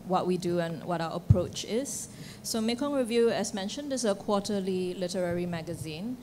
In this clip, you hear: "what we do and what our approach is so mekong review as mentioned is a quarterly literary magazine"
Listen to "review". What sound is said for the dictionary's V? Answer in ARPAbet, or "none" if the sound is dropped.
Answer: V